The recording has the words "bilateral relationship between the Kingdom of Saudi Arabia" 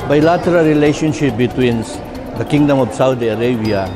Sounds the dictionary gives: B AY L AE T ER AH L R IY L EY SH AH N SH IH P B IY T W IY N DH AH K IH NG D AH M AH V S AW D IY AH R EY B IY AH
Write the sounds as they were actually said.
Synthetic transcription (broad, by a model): B AY L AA T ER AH L R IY L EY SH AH N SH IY P B IY T W IY N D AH K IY NG D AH M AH P S AW D IY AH R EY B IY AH